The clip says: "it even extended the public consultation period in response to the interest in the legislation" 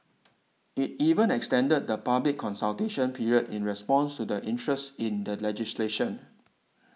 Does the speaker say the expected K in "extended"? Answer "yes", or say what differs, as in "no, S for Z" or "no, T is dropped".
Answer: yes